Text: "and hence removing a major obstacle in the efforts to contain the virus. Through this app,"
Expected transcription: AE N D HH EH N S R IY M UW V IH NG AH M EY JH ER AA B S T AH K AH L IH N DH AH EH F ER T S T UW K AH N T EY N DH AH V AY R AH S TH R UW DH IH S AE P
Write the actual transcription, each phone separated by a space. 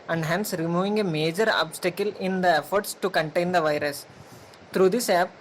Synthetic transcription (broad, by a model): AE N D HH EH N S R IY M UW V IH NG AH M EY JH ER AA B S T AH K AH L IH N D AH EH F ER T S T UW K AH N T EY N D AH V AY R AH S T R UW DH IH S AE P